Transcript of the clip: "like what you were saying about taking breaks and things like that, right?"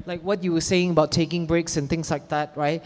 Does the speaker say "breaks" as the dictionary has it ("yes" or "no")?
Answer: yes